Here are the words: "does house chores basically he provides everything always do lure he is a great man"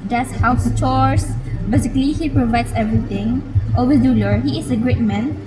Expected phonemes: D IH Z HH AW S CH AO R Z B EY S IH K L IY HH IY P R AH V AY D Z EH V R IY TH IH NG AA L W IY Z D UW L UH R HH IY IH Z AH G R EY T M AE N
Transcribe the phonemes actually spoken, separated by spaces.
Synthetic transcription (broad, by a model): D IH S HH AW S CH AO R S B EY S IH K L IY HH IY P R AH V AY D S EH V R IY T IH NG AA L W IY D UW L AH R HH IY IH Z AH G R EY T M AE N